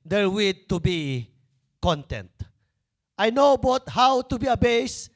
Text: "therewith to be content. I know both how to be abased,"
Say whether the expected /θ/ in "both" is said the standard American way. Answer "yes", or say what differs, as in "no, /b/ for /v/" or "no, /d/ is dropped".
no, /t/ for /θ/